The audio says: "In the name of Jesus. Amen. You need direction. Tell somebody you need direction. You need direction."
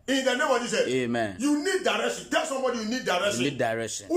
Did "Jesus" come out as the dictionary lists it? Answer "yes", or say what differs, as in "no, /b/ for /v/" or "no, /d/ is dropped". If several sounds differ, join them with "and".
no, /s/ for /z/ and /s/ is dropped